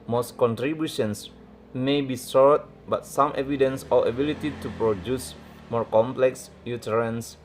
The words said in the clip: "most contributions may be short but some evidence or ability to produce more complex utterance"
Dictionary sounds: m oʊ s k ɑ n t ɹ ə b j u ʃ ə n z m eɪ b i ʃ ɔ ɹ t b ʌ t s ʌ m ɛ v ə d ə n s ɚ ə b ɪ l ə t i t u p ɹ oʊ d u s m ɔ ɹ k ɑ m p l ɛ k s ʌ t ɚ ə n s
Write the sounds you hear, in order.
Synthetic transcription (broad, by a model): m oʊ s k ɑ n t ɹ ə b j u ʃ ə n s m eɪ b i s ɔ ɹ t b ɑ t s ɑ m ɛ v ə d ə n s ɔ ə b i l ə t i t u p ɹ oʊ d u s m ɔ ɹ k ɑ m p l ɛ k s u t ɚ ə n s